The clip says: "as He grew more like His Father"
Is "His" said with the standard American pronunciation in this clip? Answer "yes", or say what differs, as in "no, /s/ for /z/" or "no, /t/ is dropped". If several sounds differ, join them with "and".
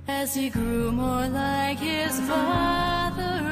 yes